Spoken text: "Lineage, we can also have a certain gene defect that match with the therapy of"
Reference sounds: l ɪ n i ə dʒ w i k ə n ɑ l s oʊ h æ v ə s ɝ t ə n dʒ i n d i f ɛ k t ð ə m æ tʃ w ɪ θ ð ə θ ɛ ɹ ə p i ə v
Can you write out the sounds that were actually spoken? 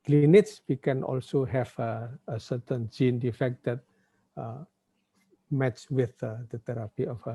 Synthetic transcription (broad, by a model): l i n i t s w i k ə n ɑ l s oʊ h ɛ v ə s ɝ t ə n dʒ i n d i f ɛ k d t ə m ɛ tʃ w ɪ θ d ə t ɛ ɹ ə p i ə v